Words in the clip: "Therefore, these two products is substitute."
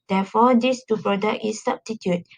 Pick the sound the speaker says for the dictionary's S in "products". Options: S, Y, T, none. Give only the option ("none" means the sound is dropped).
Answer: none